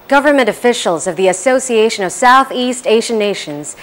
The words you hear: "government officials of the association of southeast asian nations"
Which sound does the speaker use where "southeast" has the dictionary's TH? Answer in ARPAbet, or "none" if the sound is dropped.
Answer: TH